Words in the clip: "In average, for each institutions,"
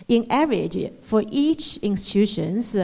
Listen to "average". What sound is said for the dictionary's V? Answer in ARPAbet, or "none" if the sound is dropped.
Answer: none